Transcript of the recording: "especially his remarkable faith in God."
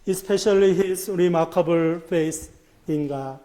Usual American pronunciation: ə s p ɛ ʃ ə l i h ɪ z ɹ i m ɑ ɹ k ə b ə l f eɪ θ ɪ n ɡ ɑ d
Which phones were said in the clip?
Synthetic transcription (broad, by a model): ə s p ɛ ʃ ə l i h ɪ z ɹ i m ɑ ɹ k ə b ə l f eɪ s ɪ n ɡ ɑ